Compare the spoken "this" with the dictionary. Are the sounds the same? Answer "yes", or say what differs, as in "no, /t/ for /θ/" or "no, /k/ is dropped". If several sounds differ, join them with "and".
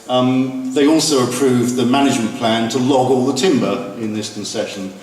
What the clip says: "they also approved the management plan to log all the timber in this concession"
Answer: yes